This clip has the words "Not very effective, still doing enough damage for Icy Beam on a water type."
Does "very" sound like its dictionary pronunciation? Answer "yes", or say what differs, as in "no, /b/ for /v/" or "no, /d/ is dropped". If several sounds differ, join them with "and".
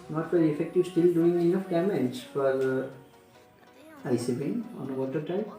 no, /f/ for /v/